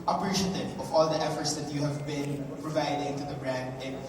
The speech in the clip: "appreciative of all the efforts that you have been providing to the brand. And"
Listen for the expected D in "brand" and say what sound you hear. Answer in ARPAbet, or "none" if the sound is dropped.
D